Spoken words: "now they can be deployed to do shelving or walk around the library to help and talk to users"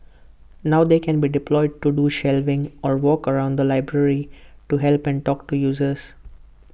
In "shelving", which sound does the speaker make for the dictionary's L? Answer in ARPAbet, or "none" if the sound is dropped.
L